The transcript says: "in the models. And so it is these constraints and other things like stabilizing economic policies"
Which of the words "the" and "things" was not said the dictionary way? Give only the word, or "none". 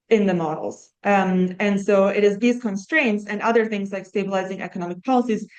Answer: none